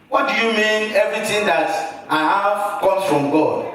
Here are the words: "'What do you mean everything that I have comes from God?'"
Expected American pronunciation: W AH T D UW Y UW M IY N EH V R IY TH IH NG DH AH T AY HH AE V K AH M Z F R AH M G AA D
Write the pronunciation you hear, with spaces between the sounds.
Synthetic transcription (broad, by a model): W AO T D UW Y UW M IY N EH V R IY T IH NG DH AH T AY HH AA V K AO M F R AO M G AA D